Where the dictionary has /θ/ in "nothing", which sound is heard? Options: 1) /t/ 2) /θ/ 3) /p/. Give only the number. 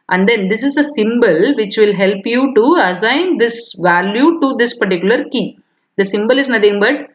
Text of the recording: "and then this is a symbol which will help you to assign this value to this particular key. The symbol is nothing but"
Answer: 1